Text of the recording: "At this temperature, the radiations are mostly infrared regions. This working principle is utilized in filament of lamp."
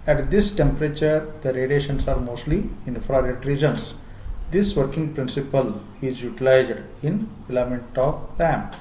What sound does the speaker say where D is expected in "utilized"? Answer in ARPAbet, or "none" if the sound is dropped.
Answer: D